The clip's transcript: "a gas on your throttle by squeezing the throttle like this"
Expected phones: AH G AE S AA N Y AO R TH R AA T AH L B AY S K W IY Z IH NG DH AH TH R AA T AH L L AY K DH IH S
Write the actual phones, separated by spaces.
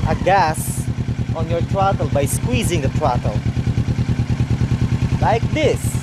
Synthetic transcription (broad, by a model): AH G AE S AA N Y AO R T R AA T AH L B AY S K W IY Z IH NG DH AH T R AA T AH L L AY K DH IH S